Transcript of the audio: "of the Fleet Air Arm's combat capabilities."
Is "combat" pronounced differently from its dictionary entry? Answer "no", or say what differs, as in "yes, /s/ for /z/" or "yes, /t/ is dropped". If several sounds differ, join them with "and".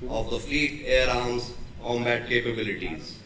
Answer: yes, /b/ is dropped